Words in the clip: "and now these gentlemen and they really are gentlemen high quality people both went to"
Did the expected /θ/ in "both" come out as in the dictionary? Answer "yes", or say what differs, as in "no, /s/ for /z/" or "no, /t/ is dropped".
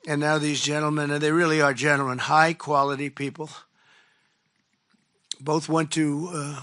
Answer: yes